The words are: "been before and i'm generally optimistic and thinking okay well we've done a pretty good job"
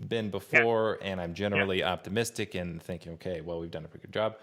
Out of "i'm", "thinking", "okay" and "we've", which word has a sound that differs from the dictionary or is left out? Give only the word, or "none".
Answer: none